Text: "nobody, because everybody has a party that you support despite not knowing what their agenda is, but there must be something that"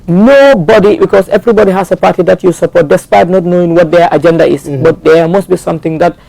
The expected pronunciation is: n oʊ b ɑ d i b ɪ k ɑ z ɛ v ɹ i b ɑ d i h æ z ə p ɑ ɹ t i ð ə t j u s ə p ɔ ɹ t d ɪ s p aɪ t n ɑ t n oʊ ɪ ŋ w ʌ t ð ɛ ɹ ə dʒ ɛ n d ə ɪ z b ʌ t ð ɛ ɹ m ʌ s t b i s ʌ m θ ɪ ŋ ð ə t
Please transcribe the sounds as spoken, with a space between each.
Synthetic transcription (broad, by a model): n oʊ b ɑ d i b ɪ k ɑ s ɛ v ɹ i b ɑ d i h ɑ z ə p ɑ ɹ t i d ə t j u s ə p ɔ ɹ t d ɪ s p aɪ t n ɑ t n oʊ ɪ ŋ w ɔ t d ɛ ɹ ə dʒ ɛ n d ə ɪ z b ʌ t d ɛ m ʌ s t b i s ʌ m t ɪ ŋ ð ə t